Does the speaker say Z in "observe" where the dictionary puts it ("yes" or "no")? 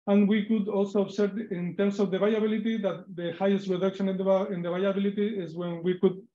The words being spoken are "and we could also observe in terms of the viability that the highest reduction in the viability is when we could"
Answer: no